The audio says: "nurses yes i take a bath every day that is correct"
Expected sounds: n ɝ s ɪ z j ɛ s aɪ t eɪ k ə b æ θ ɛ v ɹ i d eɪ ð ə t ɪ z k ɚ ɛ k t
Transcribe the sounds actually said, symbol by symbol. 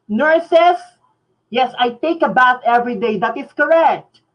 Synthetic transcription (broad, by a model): n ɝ s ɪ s j ɛ s aɪ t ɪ k ə b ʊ t ɛ v ɹ i d eɪ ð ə t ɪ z k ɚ ɛ k t